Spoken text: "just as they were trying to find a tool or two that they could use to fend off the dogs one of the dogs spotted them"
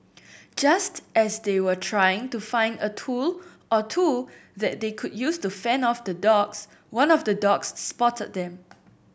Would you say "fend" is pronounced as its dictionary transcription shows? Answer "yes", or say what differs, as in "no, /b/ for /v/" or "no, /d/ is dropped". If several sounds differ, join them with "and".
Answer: no, /d/ is dropped